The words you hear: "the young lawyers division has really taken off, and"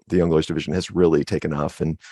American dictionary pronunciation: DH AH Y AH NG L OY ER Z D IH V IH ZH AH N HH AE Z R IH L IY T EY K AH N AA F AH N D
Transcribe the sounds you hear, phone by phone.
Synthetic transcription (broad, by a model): DH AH Y AH NG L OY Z D IH V IH ZH AH N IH Z R IH L IY T EY K AH N AA F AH N